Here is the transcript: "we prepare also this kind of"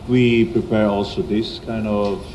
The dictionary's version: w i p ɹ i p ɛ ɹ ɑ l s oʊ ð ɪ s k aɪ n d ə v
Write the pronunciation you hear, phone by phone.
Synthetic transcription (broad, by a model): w i p ɹ i p ɛ ɹ ɑ l s oʊ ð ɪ s k aɪ n d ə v